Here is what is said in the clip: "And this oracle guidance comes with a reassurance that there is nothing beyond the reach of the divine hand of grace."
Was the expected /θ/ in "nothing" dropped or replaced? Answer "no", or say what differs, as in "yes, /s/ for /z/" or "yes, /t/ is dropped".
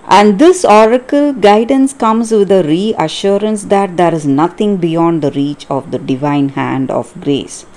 yes, /t/ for /θ/